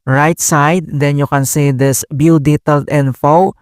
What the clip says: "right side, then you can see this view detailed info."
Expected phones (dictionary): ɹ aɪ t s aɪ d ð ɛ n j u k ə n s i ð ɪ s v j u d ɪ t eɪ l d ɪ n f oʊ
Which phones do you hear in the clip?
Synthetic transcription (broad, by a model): ɹ aɪ t s aɪ d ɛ n j u k ə n s i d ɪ s b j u d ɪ t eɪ l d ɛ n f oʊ